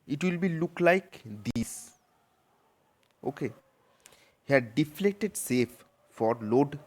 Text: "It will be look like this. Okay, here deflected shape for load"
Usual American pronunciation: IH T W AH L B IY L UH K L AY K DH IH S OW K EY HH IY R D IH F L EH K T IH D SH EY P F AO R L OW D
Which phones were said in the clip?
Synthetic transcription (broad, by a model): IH T W AH L B IY L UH K L AY K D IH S OW K EY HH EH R D IH F L EH K T IH D S EY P F AO R L OW D